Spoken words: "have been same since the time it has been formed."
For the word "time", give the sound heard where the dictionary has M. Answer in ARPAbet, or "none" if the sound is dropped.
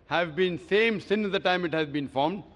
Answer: M